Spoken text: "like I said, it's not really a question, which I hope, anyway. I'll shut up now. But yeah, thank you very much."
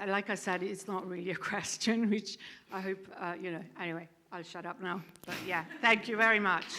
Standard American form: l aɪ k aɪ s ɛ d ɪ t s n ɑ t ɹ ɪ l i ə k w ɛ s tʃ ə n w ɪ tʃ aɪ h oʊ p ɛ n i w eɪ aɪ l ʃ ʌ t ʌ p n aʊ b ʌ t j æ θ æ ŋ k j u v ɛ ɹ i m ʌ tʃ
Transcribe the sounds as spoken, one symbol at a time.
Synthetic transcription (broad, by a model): l aɪ k aɪ s ɛ d ɪ t s n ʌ t ɹ ɪ l i ə k w ɛ s tʃ ə n w ɪ tʃ aɪ h oʊ p ɛ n i w eɪ aɪ l ʃ ʌ t ʌ p n aʊ b ʌ t j æ θ æ ŋ k j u v ɛ ɹ i m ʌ tʃ